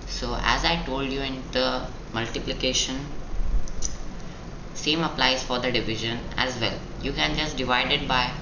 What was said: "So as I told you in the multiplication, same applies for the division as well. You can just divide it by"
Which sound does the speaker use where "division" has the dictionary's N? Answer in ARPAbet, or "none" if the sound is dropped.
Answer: N